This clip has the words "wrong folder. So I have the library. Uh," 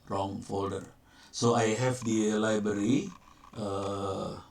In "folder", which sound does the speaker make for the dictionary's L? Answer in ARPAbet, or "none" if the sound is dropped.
L